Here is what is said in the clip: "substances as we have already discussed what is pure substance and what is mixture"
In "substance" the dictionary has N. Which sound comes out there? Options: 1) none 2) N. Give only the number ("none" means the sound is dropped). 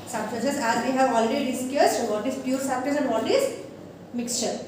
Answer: 1